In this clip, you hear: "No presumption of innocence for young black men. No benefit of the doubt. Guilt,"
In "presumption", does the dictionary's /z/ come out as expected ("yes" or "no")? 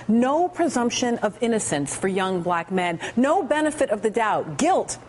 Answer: yes